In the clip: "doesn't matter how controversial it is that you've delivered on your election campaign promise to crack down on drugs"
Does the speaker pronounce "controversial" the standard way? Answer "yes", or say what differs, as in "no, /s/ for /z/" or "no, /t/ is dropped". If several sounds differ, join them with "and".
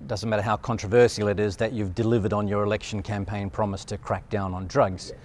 no, /s/ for /ʃ/